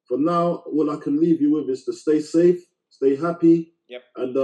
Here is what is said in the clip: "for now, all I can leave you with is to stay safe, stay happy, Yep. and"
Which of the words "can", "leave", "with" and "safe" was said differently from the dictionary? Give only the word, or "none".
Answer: none